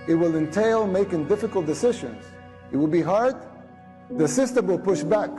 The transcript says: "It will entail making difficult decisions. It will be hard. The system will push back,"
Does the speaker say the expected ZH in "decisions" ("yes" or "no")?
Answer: yes